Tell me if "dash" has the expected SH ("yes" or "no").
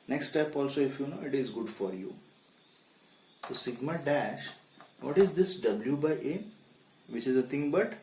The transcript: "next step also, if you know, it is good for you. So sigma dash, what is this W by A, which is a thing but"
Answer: yes